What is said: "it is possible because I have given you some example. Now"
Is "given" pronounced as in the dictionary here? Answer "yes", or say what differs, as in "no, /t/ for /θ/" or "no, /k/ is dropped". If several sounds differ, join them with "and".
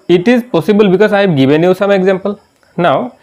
no, /b/ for /v/